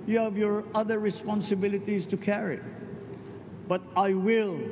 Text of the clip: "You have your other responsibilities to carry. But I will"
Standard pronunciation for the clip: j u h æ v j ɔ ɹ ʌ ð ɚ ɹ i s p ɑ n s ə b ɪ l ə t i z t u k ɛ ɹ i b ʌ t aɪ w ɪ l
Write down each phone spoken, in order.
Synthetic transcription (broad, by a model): j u h æ v j ɔ ɹ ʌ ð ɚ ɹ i s p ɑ n s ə b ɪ l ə t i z t u k ɛ ɹ i b ʌ t aɪ w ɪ l